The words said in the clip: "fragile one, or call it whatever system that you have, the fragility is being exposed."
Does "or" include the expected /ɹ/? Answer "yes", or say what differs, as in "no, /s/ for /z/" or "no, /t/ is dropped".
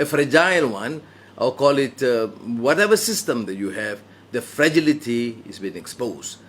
no, /l/ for /ɹ/